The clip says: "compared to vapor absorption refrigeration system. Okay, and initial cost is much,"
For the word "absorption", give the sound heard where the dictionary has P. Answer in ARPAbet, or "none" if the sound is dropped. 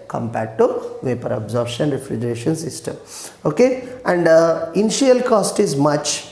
none